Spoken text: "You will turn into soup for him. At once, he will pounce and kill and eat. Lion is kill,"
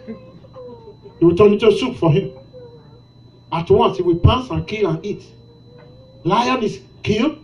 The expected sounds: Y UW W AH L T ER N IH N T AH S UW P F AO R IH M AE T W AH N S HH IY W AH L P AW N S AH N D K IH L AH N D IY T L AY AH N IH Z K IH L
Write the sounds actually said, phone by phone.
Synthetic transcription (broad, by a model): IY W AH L T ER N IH T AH S UW P F AO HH IH M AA T W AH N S HH IY W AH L P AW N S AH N K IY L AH N IY T L AY AH N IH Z K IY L